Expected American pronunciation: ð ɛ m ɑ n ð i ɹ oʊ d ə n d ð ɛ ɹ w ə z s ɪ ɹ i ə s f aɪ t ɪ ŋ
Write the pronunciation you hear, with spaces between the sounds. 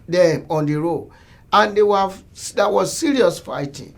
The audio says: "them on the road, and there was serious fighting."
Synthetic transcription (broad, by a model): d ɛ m ɑ n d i ɹ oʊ ə n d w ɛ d w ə s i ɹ i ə s f aɪ t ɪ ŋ